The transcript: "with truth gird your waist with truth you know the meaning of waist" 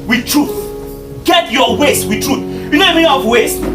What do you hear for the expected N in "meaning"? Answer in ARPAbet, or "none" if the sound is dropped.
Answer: none